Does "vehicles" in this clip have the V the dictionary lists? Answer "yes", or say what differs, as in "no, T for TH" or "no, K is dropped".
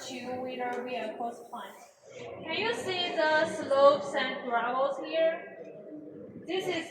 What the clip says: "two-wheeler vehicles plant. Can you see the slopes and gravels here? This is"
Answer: no, W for V